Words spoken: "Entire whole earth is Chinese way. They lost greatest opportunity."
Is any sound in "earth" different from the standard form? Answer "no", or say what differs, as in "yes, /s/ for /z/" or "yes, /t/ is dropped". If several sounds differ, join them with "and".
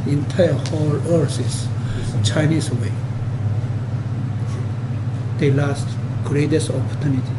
yes, /s/ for /θ/